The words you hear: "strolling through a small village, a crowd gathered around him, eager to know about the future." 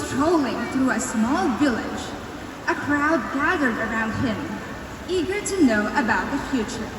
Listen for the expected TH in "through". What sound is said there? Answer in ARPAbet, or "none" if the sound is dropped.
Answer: TH